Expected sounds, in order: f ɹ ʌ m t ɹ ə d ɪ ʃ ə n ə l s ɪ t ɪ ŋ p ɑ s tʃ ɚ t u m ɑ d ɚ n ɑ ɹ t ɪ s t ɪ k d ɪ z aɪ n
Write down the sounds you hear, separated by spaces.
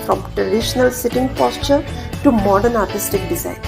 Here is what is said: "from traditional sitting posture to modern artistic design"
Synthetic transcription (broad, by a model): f ɹ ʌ m t ɹ ə d ɪ ʃ ə n ə l s ɪ t ɪ ŋ p ɑ s tʃ ɚ t u m ɑ d ɚ n ɑ ɹ t ɪ s t ɪ k d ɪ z aɪ n